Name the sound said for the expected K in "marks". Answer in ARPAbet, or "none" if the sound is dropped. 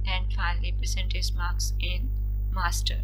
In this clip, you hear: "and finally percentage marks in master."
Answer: K